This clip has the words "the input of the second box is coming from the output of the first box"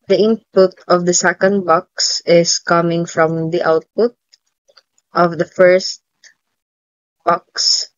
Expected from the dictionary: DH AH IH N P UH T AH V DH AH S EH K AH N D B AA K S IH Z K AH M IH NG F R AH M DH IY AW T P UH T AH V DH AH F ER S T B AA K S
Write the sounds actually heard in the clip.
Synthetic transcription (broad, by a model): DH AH IH N P UH T AH V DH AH S EH K AH N D B AA K S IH S K AH M IH NG F R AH M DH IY AW T P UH T AH V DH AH F ER S T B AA K S